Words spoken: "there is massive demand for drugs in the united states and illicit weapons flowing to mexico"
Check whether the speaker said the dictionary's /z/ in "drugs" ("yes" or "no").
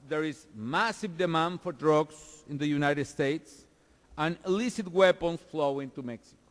no